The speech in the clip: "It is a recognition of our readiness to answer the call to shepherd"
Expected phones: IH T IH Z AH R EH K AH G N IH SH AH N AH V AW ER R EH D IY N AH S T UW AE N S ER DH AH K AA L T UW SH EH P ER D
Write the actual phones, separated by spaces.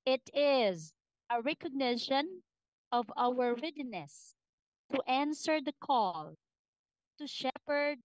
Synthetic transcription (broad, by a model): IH T IH Z AH R EH K AH G N IH SH AH N AH V AW ER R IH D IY N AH S T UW AE N S ER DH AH K AA L T UW SH EH P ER D